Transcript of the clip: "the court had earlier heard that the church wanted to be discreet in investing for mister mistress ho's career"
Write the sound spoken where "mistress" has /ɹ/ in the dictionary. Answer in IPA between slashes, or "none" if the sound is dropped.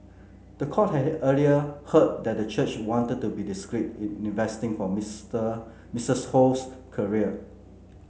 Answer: none